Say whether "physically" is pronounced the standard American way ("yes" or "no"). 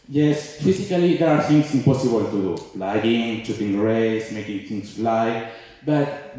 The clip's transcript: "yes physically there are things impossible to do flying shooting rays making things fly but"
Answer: no